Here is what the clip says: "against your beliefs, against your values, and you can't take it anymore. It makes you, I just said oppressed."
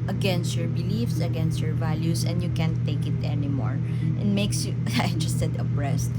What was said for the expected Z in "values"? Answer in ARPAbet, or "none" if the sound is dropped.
S